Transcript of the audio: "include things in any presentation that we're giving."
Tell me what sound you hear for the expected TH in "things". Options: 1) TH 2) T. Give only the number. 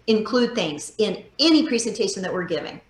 1